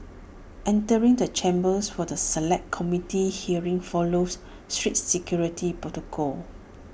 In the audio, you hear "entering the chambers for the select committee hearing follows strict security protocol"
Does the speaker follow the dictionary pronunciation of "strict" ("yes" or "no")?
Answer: no